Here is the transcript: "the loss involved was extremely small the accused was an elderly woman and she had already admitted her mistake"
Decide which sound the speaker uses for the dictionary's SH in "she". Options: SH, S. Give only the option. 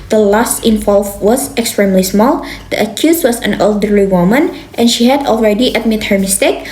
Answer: SH